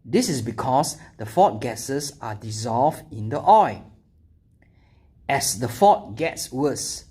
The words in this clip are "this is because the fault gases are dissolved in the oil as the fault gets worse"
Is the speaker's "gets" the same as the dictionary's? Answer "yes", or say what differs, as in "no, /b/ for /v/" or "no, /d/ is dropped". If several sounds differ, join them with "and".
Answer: yes